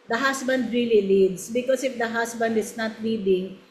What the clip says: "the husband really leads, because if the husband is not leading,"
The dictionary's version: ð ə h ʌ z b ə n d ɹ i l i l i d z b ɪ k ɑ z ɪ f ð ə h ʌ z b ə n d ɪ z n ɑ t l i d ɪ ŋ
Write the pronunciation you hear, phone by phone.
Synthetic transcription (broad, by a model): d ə h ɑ s b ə n d ɹ i l i l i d s b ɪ k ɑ s ɪ f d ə h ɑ s b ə n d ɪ s n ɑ t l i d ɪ ŋ